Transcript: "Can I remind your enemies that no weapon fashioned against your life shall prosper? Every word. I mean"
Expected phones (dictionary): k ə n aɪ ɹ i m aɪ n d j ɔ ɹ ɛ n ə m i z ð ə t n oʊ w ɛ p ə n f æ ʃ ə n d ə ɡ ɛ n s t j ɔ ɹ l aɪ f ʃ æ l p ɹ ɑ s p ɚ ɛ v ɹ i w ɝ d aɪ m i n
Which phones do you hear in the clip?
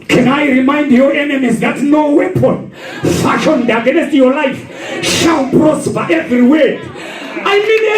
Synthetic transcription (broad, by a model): k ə n aɪ ɹ i m aɪ n d j ɔ ɹ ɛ n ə m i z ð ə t n oʊ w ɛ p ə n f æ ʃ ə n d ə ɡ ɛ s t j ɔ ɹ l aɪ f ʃ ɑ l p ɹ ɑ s b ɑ ɛ v ɹ i w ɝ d aɪ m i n